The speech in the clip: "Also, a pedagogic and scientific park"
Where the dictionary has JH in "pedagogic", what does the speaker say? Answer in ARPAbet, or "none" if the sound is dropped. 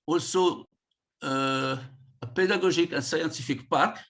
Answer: ZH